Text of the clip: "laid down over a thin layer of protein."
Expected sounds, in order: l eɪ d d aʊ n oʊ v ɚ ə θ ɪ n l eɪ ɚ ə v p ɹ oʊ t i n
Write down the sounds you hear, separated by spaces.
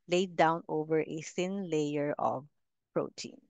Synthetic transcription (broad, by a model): l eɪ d d aʊ n oʊ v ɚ ə s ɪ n l eɪ ɚ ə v p ɹ oʊ t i n